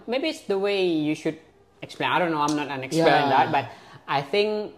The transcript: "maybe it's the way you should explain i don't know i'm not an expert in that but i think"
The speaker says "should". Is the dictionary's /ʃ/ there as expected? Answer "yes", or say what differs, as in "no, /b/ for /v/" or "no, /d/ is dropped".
yes